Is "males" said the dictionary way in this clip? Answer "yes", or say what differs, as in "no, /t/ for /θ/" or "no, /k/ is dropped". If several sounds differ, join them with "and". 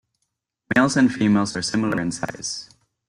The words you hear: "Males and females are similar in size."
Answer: yes